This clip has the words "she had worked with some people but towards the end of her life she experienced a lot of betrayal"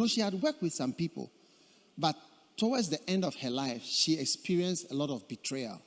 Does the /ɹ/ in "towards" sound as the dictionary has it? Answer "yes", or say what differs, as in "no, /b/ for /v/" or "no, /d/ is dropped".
no, /w/ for /ɹ/